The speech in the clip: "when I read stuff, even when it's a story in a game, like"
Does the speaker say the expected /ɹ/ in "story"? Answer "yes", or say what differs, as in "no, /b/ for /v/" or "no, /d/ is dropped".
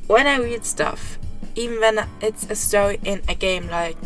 no, /ɹ/ is dropped